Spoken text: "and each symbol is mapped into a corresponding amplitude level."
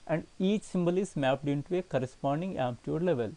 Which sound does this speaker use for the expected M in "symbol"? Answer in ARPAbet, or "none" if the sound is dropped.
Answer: M